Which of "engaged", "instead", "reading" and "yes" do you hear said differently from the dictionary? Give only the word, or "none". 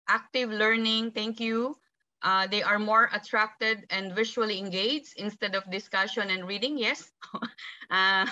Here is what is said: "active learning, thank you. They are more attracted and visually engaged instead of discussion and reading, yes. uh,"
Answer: engaged